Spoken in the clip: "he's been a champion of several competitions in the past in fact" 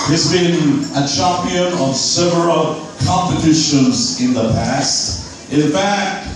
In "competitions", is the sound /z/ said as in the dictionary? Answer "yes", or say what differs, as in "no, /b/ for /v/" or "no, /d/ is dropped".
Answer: yes